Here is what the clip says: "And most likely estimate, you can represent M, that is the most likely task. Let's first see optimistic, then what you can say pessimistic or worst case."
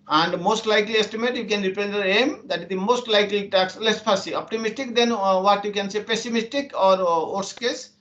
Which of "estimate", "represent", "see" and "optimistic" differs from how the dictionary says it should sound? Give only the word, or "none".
represent